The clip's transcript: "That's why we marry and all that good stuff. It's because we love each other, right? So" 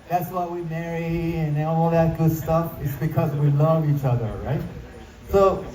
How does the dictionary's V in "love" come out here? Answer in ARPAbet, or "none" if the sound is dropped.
V